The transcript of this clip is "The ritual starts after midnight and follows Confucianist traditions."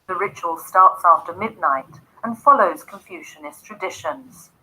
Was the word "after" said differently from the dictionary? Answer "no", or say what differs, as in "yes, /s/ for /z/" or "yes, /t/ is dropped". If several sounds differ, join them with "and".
no